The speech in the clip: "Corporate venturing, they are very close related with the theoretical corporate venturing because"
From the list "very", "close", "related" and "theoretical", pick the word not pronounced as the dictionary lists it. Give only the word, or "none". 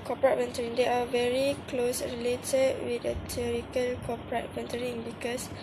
theoretical